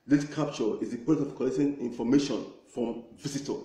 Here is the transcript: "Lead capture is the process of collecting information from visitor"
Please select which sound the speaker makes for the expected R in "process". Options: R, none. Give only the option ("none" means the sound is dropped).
none